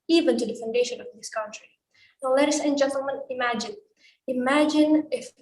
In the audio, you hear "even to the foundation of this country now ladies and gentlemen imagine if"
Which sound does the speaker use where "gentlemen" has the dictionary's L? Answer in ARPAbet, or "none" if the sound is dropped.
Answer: N